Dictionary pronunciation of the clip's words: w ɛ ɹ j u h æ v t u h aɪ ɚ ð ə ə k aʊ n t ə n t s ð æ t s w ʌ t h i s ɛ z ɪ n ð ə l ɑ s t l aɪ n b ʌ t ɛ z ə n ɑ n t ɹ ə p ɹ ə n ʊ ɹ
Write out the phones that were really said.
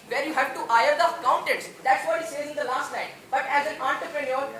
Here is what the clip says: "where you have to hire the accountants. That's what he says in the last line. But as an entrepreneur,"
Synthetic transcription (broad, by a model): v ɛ ɹ j u h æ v t u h aɪ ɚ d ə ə k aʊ n t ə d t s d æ t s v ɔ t h i s ɛ z ɪ n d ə l ɑ s t n aɪ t b ʌ t ɛ z ə n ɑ n t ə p ɹ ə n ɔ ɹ